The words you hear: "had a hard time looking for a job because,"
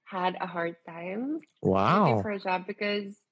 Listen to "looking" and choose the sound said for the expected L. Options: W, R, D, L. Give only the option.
W